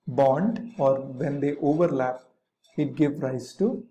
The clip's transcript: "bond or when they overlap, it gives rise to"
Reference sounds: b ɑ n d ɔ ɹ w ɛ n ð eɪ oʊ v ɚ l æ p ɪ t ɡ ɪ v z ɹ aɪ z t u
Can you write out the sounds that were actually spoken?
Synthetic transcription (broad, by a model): b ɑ n d ɔ ɹ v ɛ n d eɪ oʊ v ɚ l æ p ɪ t ɡ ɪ v ɹ aɪ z t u